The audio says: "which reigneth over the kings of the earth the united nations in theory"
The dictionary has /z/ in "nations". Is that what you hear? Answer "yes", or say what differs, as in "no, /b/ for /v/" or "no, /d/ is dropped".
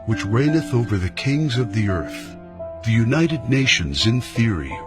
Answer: yes